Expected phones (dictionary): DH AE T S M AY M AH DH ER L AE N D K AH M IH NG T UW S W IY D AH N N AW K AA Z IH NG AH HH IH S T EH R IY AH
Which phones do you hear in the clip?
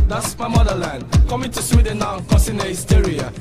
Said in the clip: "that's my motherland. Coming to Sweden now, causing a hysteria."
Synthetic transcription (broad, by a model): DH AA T S M AY M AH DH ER L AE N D K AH M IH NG T UW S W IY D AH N N AW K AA S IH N AH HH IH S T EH R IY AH